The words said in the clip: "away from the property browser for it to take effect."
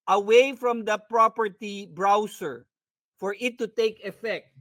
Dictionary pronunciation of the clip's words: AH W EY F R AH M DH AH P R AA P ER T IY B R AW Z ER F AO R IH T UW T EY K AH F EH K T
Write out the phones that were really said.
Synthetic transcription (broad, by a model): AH W EY F R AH M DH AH P R AA P ER T IY B R AW S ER F AO R IH T UW T EY K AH F EH K T